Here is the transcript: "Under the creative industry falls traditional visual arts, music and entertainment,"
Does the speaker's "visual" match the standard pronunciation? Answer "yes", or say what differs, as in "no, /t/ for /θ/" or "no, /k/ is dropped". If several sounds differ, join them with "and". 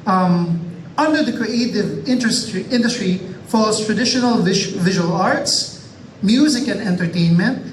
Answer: yes